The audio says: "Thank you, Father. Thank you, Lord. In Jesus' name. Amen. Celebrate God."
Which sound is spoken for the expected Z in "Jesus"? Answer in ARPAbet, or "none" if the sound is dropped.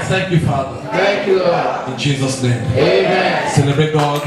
Z